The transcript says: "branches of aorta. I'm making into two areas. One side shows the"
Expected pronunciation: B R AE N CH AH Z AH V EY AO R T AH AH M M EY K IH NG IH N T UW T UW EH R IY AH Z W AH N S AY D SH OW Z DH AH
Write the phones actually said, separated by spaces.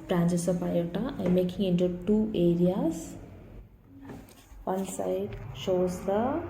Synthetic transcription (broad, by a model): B R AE N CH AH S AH P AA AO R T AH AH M M EY K IH NG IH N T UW T UW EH R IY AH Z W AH N S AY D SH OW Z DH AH